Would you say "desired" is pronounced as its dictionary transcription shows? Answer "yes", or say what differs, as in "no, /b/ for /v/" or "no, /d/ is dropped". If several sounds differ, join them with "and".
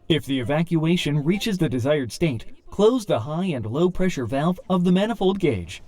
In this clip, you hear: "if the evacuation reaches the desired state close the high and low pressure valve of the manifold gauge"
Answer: yes